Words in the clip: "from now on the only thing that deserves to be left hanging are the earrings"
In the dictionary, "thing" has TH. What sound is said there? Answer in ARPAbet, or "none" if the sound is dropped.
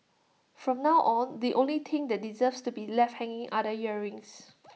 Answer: T